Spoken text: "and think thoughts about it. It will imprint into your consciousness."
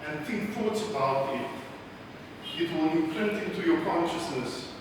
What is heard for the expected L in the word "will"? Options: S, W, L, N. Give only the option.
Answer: N